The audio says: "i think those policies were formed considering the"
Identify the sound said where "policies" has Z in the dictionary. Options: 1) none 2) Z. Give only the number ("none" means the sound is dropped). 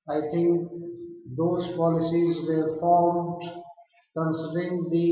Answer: 2